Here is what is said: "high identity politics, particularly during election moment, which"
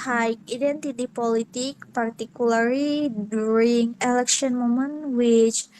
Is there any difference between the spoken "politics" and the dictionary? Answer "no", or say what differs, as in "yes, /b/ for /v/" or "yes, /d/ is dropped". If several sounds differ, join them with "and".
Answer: yes, /s/ is dropped